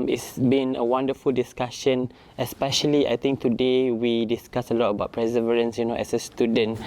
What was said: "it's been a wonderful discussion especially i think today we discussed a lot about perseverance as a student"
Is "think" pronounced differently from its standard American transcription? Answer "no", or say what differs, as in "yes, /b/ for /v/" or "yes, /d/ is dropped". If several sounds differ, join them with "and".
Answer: yes, /t/ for /θ/